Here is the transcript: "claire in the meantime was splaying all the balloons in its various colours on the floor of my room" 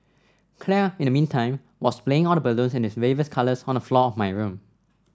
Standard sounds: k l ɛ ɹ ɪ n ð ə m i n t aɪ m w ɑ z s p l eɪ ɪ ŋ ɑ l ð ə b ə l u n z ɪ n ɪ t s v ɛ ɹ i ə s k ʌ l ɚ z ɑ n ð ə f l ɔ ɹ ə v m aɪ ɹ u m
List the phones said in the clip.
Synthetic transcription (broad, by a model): k l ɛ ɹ ɪ n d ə m i n t aɪ m w ɑ s p l eɪ ɪ ŋ ɑ l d ə b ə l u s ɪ n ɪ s w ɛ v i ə s k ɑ l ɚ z ɑ n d ə f l ɔ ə f m aɪ ɹ u m